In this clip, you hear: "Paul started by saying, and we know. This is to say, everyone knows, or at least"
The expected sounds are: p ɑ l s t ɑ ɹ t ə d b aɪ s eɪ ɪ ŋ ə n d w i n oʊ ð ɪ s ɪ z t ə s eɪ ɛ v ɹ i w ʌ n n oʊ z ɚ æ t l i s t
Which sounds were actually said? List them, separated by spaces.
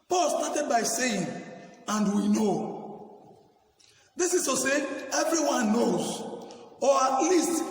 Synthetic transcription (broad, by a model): p ɑ l s t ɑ t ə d b aɪ s eɪ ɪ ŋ ə n d w i n oʊ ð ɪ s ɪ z s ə s eɪ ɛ v ɹ i w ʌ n n oʊ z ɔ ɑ t l i s t